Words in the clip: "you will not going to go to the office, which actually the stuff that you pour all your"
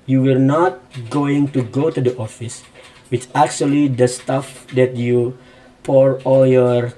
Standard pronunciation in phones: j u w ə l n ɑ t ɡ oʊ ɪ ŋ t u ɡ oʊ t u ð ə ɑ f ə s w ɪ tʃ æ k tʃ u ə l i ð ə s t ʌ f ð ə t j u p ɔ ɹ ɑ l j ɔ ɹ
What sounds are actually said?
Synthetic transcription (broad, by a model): j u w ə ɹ n ɑ t ɡ oʊ ɪ ŋ t u ɡ oʊ t u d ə ɑ f ə s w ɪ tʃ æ k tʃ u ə l i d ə s t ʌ f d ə t j u p ɔ ɹ ɑ l j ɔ ɹ